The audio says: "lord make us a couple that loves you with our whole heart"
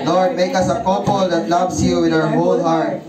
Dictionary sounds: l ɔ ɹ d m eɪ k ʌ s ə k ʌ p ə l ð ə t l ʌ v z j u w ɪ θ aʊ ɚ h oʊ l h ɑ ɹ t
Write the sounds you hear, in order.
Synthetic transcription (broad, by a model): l ɔ ɹ d m eɪ k ʌ s ə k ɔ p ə l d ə t l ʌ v s j u w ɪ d aʊ ɚ h oʊ l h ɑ ɹ t